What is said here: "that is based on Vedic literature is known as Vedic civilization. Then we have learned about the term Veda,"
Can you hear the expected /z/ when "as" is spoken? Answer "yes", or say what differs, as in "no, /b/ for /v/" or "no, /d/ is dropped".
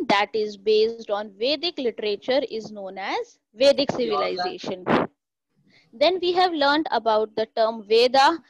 yes